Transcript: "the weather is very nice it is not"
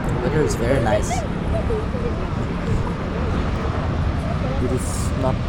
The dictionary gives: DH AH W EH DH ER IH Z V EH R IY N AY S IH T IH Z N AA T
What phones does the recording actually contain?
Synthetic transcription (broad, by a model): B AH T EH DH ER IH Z V EH R IY N AY S IH T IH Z N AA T